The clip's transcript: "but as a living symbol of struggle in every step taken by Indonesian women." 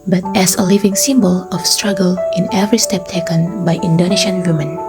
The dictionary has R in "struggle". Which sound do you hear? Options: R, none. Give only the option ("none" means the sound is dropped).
R